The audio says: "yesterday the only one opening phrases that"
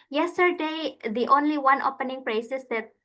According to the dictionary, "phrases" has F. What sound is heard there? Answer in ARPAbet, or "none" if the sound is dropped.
P